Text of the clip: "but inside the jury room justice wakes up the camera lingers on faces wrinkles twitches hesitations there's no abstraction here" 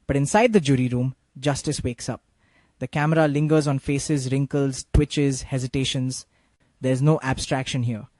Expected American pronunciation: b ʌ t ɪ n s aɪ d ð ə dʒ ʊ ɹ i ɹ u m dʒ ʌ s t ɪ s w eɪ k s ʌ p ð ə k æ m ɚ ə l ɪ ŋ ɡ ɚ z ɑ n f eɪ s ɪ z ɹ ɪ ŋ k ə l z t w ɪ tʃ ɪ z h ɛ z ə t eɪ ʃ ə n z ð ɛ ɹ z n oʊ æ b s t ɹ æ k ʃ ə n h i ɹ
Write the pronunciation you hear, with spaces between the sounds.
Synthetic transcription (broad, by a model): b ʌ t ɪ n s aɪ d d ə dʒ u ɹ i ɹ u m dʒ ʌ s t ɪ s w eɪ k s ʌ p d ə k æ m ɚ ə l ɪ ŋ ɡ ɚ z ɑ n f eɪ s ɪ z ɹ ɪ ŋ k ə l z t w ɪ tʃ ɪ z h ɛ z ə t eɪ ʃ ə n z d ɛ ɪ z n oʊ æ b s t ɹ æ k ʃ ə n h i ɹ